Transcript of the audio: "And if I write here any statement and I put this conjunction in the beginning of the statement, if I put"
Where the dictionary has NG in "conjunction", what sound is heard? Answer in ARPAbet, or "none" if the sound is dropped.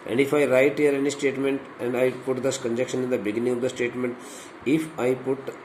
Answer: none